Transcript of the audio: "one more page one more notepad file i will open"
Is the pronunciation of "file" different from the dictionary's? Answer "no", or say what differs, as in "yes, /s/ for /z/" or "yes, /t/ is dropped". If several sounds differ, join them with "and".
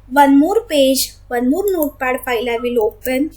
yes, /p/ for /f/